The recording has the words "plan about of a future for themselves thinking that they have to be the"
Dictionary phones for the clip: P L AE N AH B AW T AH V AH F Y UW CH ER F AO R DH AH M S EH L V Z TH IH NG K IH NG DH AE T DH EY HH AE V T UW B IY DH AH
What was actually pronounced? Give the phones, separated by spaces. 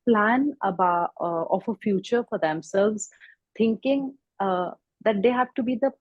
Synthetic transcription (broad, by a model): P L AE N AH B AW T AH F AH F Y UW CH ER F AO R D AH M S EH L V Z T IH NG K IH NG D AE T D EY HH AE V T UW B IY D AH